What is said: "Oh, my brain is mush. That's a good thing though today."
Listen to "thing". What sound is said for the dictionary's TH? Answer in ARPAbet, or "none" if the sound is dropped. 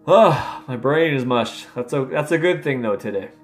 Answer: TH